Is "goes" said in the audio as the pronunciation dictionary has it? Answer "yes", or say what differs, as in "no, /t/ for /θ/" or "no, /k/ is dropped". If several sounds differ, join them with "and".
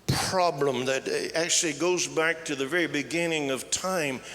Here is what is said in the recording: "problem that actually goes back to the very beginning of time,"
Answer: yes